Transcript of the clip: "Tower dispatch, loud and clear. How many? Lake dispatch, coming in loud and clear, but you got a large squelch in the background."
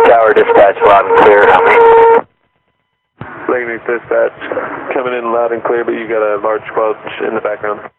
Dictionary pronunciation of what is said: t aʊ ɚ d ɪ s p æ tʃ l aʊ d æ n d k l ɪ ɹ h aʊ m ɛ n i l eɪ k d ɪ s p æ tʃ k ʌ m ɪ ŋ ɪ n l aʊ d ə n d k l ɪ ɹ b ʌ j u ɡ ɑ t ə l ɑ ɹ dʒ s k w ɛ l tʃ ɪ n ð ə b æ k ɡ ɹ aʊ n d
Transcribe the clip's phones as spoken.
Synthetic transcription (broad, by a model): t aʊ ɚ d ɪ s p æ tʃ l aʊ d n k l ɪ ɹ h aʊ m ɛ l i n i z d ɪ s p æ tʃ k ʌ m ɪ ŋ ɪ n l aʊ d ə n k l ɪ ɹ b ʌ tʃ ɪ ɡ ɑ t ə l ɑ ɹ dʒ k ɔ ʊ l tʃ ɪ n ð ə b æ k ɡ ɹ aʊ n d